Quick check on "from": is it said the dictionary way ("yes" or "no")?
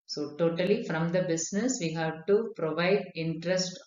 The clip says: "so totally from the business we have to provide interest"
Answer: yes